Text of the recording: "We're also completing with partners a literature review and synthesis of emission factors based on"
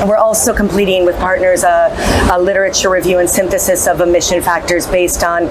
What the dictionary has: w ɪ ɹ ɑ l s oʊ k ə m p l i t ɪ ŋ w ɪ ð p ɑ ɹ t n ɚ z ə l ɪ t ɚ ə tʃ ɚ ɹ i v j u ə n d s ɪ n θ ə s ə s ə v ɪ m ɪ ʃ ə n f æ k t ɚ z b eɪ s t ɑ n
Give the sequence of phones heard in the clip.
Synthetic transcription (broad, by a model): w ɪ ɹ ɑ l s oʊ k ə m p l i t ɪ ŋ w ɪ ð p ɑ ɹ t n ɚ z ə l ɪ t ɚ ə tʃ ɚ ɹ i v j u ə n s ɪ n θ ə s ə s ə v ɪ m ɪ ʃ ə n f æ k t ɚ z b eɪ s t n